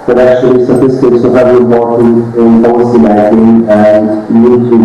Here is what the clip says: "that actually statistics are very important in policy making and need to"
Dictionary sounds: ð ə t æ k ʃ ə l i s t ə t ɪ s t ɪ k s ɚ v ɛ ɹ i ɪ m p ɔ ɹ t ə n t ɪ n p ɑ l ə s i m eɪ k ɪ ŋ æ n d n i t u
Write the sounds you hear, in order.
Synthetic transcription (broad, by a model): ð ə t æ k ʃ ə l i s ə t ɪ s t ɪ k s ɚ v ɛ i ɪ p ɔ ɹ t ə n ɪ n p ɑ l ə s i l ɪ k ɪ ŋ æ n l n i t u